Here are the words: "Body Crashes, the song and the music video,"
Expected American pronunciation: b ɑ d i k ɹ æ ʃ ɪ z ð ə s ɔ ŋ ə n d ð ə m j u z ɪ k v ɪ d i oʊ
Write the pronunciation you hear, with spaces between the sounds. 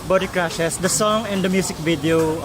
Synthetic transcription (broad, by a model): b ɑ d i k ɹ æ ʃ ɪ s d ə s ɔ ŋ ə n d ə m j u s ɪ k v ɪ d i oʊ